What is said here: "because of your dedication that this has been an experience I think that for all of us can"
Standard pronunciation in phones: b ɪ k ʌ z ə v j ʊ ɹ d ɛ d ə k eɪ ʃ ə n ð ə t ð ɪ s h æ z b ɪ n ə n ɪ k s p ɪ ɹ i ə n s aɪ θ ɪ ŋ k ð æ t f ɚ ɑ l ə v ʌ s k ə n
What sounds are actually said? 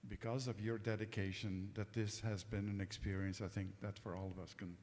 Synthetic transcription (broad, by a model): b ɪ k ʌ z ə v j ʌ ɹ d ɛ d ə k eɪ ʃ ə n ð ə t ð ɪ s h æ z b ɪ n ə n ɪ k s p ɪ ɹ i ə n s aɪ θ ɪ ŋ k ð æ t f ɚ ɑ l ə v ʌ s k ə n